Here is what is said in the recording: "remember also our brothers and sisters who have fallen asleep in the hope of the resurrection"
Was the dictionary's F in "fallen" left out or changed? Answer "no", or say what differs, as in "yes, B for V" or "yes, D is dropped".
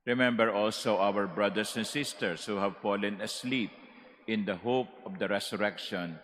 no